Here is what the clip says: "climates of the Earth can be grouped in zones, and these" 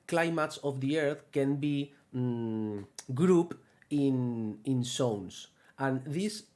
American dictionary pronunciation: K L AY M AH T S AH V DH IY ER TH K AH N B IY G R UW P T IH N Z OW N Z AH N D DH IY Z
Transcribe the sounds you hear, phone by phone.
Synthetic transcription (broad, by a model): K L AY M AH T S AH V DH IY ER TH K AH N B IY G R UW P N IH N S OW N S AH N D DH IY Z